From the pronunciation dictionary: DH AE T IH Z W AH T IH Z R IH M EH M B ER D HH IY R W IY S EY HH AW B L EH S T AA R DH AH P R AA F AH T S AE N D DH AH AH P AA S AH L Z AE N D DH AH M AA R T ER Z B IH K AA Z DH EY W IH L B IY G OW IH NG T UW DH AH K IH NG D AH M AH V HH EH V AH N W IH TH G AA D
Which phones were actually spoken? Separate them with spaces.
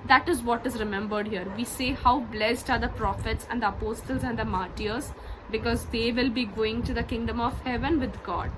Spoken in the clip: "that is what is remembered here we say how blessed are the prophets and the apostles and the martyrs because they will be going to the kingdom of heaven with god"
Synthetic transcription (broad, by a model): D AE T IH Z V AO T IH Z R IH M EH M B ER D HH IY R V IY S EY HH AW B L EH S T AA R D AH P R AA F AH T S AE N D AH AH P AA S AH L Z AE N D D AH M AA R T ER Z B IH K AA Z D EY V IH L B IY G OW IH NG T UW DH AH K IH NG D AH M AH V HH EH V AH N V IH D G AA D